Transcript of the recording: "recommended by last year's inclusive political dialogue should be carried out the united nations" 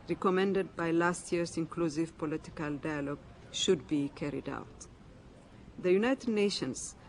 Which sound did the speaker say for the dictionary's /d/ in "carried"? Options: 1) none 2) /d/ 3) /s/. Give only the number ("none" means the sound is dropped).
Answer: 2